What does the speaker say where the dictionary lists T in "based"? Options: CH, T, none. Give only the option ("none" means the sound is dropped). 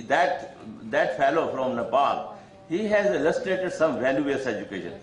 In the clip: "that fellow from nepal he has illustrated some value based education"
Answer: none